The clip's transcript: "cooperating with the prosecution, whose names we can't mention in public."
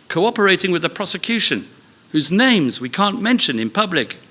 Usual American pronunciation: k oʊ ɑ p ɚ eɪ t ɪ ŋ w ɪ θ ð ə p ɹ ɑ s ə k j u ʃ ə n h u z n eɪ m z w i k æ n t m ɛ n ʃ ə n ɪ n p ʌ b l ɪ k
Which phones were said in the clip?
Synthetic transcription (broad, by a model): k oʊ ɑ p ɚ eɪ t ɪ ŋ w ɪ ð ə p ɹ ɑ s ə k j u ʃ ə n h u z n eɪ m z w i k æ n m ɛ n ʃ ə n ɪ n p ʌ b l ɪ k